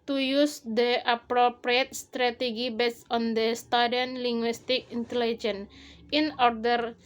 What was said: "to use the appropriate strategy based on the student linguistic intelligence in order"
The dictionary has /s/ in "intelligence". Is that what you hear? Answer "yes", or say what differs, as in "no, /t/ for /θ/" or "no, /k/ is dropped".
no, /s/ is dropped